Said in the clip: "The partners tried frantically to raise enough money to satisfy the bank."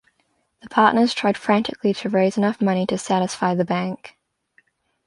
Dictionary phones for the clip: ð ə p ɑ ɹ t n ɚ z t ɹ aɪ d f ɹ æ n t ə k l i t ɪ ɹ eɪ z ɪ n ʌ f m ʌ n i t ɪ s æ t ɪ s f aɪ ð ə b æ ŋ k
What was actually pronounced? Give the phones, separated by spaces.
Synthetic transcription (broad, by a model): ð ə p ɑ ɹ t n ɚ z t ɹ aɪ d f ɹ æ n t ə k l i t ɪ ɹ eɪ z ɪ n ʌ f m ʌ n i t ɪ s æ t ɪ s f aɪ ð ə b æ ŋ k